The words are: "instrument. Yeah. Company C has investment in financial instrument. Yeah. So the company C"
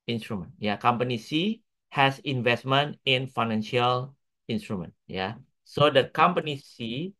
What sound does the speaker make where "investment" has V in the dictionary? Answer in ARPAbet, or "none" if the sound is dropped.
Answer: V